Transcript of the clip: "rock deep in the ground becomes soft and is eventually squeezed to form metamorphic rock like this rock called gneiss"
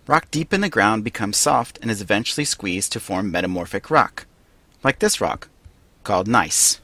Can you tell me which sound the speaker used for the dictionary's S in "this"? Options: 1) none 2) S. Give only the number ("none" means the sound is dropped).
2